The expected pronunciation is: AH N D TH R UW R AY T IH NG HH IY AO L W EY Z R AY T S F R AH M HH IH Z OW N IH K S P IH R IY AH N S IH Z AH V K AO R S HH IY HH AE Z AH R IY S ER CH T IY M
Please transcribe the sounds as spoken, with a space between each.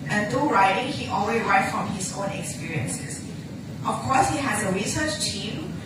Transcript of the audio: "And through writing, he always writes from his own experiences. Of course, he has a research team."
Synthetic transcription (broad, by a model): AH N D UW R AY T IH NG HH IY AO L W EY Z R AY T F R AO M HH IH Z OW N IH K S P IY R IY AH N S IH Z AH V K AO S HH IY HH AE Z AH R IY S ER CH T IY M